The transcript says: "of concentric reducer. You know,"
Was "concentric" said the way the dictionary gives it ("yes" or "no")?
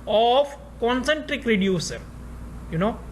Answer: yes